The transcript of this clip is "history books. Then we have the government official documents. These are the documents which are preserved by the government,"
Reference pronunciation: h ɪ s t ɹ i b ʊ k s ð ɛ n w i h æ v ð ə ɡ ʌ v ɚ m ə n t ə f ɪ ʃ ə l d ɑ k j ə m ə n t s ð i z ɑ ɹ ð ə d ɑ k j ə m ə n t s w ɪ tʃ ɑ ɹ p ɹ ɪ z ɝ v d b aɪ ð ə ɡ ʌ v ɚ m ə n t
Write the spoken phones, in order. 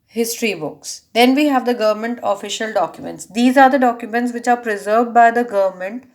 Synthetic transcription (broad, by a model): h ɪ s t ɹ i b ʊ k s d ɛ n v i h æ v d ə ɡ ʌ v ɚ m ə n t ə f ɪ ʃ ə l d ɑ k j ə m ə n t s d i z ɑ ɹ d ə d ɑ k j ə m ə n t s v ɪ tʃ ɑ ɹ p ɹ ɪ z ɝ v d b aɪ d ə ɡ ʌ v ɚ m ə n t